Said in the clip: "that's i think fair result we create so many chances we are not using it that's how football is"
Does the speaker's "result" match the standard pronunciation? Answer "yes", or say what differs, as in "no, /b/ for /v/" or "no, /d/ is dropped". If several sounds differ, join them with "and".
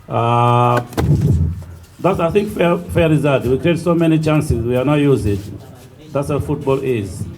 no, /l/ is dropped